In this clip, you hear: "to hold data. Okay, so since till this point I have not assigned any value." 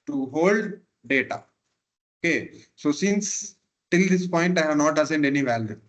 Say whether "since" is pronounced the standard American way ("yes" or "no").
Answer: yes